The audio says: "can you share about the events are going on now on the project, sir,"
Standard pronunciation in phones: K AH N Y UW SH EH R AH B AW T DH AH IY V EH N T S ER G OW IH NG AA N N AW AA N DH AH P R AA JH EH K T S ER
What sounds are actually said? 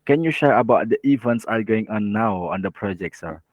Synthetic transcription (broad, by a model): K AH N Y UW SH EH R AH B AW T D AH IY V EH N T S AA G OW IH NG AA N N AW AA N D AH P R AA JH EH K T S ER